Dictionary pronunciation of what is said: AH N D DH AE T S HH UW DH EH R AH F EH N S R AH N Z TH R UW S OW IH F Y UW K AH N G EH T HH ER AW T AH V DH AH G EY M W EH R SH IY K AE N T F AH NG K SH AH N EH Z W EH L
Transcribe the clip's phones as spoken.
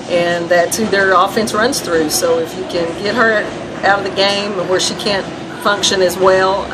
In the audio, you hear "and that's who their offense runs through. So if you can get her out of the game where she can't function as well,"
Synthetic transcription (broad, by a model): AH N DH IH T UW DH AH R AH F EH N S R AH N Z TH R UW S OW IH F Y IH K AH N G EH T HH ER AW T AH V DH AH G EY M W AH R SH IY K AE N T F AH NG K SH AH N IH Z W EH L